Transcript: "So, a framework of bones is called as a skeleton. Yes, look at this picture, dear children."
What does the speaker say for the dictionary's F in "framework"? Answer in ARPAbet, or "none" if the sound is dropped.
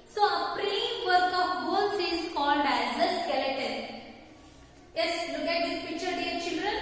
P